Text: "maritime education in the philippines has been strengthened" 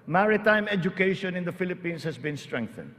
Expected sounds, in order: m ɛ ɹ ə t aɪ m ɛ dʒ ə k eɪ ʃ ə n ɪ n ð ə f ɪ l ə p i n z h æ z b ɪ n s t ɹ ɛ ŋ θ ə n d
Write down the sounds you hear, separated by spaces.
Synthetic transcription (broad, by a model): m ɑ ɹ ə t aɪ m ɛ dʒ ə k eɪ ʃ ə n ɪ n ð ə f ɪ l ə p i n s h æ s b ɪ n s t ɹ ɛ ŋ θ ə n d